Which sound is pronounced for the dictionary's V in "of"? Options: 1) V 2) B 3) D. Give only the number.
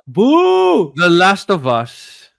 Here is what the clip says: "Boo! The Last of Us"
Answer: 1